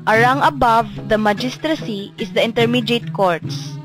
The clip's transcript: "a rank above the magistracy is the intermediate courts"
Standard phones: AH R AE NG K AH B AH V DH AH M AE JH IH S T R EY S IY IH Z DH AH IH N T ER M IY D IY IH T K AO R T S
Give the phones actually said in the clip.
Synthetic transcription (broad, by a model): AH R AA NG AH B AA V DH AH M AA JH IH S T R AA S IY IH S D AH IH N T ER M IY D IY T K AO R T S